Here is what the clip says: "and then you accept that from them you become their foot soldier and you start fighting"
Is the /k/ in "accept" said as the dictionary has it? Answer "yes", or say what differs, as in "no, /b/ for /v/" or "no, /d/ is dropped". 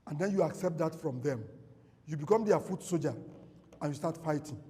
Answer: yes